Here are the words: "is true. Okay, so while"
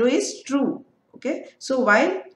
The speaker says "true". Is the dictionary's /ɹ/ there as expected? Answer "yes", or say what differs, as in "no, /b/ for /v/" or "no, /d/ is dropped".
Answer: yes